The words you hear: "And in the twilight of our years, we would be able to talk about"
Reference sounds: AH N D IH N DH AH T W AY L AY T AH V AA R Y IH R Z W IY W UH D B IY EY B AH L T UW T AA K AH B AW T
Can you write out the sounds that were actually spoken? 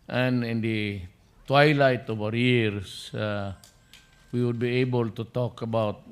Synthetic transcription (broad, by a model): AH N IH N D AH T W AY L AY T AH V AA R Y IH R S W IY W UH D B IY EY B AH L T UW T AA K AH B AW T